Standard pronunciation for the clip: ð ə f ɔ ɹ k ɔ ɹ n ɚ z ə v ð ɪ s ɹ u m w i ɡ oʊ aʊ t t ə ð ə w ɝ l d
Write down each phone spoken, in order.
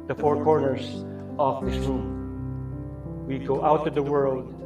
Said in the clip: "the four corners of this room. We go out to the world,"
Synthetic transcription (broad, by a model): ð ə f ɔ ɹ k ɔ ɹ n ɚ s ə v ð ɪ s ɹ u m w i ɡ oʊ aʊ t t ə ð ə w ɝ l d